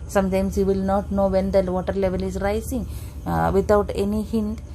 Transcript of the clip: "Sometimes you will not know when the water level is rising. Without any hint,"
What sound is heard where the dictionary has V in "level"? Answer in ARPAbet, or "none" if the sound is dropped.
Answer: V